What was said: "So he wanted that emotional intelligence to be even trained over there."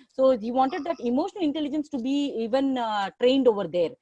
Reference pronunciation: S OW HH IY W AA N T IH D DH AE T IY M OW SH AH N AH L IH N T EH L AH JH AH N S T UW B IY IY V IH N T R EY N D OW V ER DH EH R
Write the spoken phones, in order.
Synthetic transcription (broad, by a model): S OW HH IY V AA N T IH D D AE T IY M OW SH AH N AH L IH N T EH L AH JH AH N S T UW B IY IY V IH N T R EY N D OW V ER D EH R